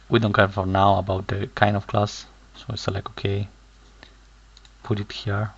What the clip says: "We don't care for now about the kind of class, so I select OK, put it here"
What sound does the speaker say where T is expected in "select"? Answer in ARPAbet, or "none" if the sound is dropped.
none